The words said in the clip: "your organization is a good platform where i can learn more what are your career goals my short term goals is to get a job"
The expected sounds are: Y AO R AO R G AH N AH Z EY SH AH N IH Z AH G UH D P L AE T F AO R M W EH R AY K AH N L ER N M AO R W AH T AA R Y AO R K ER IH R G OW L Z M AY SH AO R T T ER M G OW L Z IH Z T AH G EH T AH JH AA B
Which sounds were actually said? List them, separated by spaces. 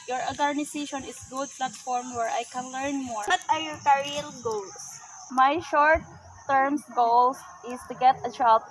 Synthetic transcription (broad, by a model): Y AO R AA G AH N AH S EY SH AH N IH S G UH D P L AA T F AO R M W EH R AY K AH N L ER N M AO R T AA R Y AO R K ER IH L G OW L S M AY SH AO R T T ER M G OW L S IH S T AH G EH T AH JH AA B